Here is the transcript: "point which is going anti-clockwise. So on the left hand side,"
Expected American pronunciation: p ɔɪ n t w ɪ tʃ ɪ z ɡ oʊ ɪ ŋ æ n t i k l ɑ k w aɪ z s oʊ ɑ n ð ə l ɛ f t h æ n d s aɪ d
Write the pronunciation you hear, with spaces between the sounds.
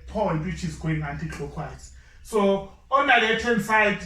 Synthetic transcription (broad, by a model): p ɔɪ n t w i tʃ ɪ z ɡ oʊ ɪ ŋ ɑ n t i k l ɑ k w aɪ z s oʊ ɑ n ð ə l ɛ t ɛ n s aɪ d